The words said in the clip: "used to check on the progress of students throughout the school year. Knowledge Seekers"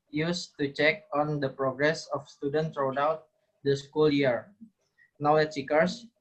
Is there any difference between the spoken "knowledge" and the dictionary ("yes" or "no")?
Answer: yes